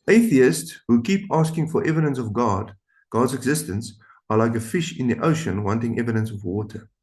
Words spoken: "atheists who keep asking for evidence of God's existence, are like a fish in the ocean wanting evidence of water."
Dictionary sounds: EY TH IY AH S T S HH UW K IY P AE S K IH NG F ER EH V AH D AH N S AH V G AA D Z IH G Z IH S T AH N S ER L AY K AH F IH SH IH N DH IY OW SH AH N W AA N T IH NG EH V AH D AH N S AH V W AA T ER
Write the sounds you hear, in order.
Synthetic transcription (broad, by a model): EY TH IY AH S T S HH UW K IY P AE S K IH NG F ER EH V AH D AH N S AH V G AA D Z IH G Z IH S T AH N S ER L AY K AH F IH SH IH N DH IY OW SH AH N W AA N T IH NG EH V AH D AH N S AH V W AA T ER